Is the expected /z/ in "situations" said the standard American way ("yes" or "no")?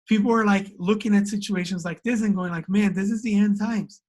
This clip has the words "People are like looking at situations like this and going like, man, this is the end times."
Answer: yes